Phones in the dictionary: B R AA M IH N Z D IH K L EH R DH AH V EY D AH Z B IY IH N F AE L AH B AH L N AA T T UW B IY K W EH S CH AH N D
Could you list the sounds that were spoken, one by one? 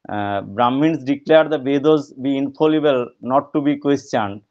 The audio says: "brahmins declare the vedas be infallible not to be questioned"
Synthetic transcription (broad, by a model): B R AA M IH N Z D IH K L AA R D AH B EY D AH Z B IY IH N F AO L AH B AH L N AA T T UW B IY K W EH S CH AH N D